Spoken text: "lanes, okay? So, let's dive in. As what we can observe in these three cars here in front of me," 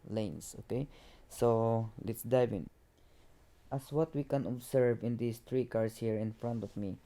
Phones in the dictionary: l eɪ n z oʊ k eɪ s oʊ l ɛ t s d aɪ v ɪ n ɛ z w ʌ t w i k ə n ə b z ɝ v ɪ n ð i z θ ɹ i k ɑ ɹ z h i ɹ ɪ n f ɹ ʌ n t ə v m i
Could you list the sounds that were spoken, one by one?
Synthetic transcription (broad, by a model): l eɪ n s oʊ k eɪ s oʊ l ɛ t s d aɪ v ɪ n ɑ s w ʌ t w i k ə n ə b s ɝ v ɪ n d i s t ɹ i k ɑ ɹ s h i ɹ ɪ n f ɹ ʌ n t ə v m i